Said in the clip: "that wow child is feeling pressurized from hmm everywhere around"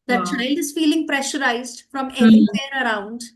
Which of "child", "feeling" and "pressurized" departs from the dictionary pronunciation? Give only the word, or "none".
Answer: none